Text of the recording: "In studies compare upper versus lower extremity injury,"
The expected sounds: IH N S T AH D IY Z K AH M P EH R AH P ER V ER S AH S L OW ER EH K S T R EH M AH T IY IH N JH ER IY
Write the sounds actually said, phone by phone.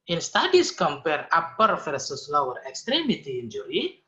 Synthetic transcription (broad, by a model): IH N S T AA D IY S K AH M P EH R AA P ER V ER S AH S L OW ER EH K S T R EH M AH T IY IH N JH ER IY